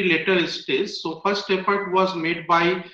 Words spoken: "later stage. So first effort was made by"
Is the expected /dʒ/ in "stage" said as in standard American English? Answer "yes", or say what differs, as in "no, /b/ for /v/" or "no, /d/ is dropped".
no, /z/ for /dʒ/